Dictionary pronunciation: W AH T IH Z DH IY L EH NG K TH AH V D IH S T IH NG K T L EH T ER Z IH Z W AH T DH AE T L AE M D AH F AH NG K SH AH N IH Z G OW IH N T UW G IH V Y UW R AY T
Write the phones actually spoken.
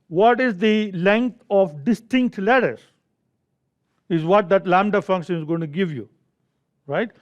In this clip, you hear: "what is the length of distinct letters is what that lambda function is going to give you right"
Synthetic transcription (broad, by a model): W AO T IH Z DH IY L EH NG K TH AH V D IH S T IH NG K T L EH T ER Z IH Z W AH T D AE T L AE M D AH F AH NG K SH AH N IH Z G OW IH N T UW G IH V Y UW R AY T